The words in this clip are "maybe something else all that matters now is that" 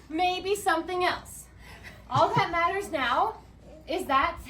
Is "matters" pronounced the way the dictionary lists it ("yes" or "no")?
yes